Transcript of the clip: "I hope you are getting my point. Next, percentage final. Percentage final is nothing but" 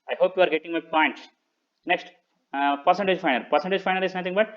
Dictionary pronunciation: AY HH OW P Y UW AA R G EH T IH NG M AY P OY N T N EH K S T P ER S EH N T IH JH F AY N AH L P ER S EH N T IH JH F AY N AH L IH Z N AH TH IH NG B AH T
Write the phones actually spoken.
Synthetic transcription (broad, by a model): AY HH OW P Y UW AA R G EH T IH NG M AY P OY N T N EH K S T P ER S EH N T IH JH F AY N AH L P ER S EH N T IH JH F AY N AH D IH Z N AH T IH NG B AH T